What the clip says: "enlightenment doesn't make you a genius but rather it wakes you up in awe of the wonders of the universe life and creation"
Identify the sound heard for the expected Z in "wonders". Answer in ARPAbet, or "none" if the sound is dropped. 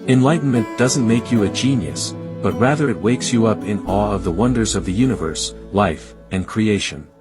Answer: Z